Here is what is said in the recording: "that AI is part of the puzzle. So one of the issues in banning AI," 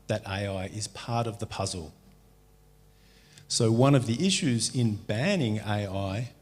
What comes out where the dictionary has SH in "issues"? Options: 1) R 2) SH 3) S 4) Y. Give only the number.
2